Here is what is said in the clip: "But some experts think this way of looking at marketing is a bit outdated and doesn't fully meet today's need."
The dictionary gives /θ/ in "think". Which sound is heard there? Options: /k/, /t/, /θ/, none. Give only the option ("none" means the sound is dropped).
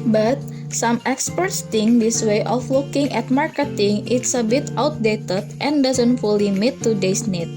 /t/